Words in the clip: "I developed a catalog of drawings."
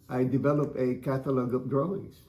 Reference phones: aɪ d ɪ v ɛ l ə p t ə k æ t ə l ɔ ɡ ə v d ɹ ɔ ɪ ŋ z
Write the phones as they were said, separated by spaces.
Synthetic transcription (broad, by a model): aɪ d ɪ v ɛ l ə p ə k æ t ə l ɔ ɡ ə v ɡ ɹ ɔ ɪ ŋ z